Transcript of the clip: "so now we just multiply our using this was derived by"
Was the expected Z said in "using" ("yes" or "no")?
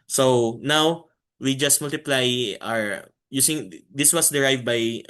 no